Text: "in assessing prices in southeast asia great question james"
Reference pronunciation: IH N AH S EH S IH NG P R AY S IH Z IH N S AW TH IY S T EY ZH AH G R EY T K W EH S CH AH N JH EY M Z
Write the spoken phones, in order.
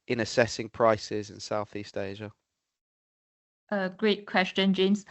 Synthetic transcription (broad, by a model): IH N AH S EH S IH NG P R AY S IH Z IH N S AW TH IY S T EY ZH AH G R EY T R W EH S CH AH N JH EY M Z